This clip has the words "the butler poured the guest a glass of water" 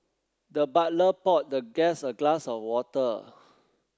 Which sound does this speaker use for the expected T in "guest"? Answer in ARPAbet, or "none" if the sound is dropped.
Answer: none